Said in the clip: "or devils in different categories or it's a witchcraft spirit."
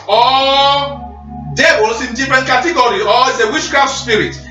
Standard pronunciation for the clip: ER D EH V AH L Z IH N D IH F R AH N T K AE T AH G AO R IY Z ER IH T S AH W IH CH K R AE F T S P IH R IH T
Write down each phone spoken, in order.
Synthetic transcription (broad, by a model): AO D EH B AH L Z IH N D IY F R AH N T K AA T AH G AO R IY AO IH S AH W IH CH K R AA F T S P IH R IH T